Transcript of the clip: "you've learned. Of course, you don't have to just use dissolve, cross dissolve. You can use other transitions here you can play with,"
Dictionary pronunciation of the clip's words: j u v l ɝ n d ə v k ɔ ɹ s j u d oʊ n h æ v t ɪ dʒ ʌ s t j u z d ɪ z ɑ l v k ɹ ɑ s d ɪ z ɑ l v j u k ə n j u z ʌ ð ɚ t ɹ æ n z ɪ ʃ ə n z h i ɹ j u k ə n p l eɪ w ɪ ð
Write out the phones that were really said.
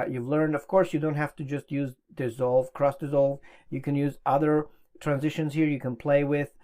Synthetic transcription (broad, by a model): j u v l ɝ n d ə v k ɔ ɹ s j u d oʊ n h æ f t ɪ dʒ ʌ s t j u z d ɪ z ɑ l v k ɹ ɑ s d ɪ z ɑ l v j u k ə n j u z ʌ ð ɚ t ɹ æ n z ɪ ʃ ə n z h i ɹ j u k ə n p l eɪ w ɪ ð